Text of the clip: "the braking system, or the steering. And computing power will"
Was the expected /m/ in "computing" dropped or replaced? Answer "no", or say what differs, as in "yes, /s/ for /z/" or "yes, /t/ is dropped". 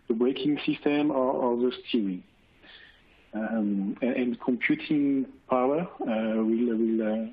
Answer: no